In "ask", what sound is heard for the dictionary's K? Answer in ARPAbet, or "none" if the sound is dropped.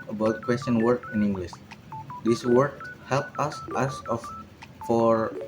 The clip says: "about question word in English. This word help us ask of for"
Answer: none